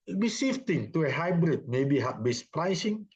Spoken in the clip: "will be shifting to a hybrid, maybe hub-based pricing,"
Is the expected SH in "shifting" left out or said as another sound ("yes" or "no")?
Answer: yes